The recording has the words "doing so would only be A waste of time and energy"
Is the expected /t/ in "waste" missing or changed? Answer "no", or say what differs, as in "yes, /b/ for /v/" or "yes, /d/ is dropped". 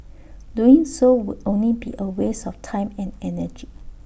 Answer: yes, /t/ is dropped